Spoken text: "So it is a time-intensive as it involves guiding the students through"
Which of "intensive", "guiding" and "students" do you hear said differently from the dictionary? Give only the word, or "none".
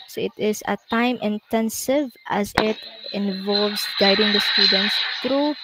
none